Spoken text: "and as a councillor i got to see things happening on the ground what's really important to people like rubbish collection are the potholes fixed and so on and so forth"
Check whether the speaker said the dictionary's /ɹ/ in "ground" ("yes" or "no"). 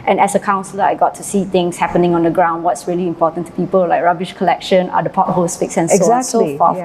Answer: yes